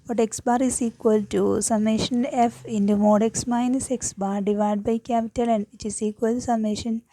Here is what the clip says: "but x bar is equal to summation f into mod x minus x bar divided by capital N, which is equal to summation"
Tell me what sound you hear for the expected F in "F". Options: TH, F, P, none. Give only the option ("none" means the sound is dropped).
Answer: F